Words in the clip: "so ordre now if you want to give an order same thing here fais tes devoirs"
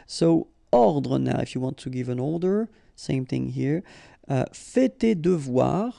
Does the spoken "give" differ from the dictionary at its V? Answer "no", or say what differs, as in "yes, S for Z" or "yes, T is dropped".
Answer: no